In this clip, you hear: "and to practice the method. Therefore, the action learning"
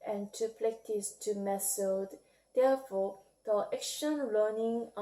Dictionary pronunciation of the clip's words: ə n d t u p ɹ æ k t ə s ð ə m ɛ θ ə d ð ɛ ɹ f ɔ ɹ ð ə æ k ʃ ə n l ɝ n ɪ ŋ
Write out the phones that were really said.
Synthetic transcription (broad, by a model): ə n t u p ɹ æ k t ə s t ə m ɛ s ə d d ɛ f ɔ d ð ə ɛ k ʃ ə n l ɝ n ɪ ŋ